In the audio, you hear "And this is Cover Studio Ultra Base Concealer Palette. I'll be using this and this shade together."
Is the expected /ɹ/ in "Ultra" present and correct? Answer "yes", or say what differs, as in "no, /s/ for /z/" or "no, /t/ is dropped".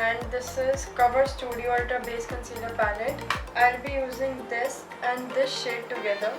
no, /ɹ/ is dropped